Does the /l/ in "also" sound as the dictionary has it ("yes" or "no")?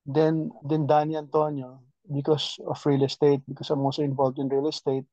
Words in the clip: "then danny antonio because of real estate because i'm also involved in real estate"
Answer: no